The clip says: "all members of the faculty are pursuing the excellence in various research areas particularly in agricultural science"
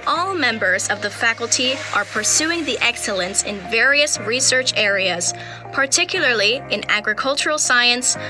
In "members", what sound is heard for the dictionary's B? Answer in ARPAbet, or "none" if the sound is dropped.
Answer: B